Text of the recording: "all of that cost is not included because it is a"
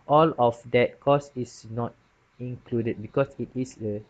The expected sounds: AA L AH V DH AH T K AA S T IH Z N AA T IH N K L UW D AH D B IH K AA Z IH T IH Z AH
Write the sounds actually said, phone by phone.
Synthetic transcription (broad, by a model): AA L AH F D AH T K AA S IH S N AA T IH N K L UW D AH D B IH K AA S IH T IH S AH